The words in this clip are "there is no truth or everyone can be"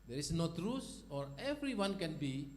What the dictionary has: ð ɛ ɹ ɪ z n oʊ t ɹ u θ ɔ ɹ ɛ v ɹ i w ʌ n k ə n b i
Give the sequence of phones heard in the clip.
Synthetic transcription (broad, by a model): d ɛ ɹ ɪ s n oʊ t ɹ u s ɔ ɹ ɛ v ɹ i w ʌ n k ə n b i